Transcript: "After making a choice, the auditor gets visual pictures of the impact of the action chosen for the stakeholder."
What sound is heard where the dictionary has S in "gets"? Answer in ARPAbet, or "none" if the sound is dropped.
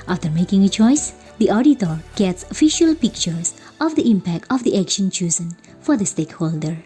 S